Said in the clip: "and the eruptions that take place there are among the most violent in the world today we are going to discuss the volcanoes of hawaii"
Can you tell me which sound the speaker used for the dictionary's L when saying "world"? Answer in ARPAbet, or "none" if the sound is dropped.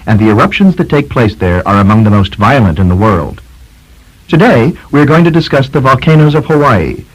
L